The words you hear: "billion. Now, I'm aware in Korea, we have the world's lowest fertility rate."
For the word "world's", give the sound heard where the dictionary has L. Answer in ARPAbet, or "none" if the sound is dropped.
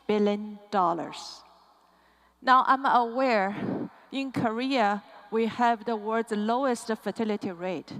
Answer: none